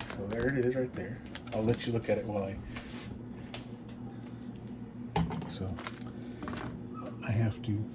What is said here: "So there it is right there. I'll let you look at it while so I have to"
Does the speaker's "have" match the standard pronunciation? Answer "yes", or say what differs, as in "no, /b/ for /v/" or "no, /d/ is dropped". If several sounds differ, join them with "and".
no, /f/ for /v/